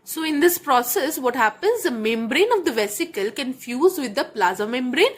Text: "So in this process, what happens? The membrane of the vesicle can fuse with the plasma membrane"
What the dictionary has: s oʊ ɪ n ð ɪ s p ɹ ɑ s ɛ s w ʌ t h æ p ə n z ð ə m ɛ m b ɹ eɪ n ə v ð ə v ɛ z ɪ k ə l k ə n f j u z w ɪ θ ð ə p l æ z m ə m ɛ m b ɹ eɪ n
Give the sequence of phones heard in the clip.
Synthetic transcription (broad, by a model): s oʊ ɪ n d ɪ s p ɹ ɑ s ɛ s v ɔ t h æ p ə n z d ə m ɛ m b ɹ eɪ n ə v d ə v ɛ s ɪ k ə l k ə n f j u z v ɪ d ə p l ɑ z ə m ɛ m b ɹ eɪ n